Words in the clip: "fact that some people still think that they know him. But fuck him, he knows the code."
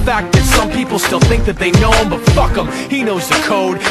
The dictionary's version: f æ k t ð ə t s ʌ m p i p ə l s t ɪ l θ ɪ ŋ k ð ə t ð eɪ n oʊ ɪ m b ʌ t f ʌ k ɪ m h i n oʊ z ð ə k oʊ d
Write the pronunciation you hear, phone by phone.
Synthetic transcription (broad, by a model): f æ k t ð ə t s ʌ m p i p l s t ɪ l θ ɪ ŋ k ð ə t ð eɪ n oʊ ɪ m b ʌ t f ʌ k ɪ m h i n oʊ z ð ə k oʊ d